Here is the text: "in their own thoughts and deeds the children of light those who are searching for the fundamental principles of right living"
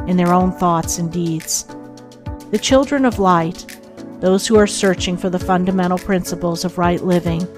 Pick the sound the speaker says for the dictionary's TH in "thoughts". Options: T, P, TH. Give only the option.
TH